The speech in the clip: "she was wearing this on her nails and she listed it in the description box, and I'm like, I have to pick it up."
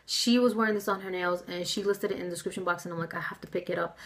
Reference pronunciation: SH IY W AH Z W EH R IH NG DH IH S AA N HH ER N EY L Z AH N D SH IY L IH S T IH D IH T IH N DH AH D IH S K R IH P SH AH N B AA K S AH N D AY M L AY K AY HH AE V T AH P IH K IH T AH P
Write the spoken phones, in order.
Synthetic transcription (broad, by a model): SH IY W AH Z W EH R IH NG DH IH S N ER N EY L Z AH N SH IY L IH S T IH D IH T IH N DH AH D IH S K R IH P SH AH N B AA K S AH N AY M L AY K AY HH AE F T AH P IH K IH T AH P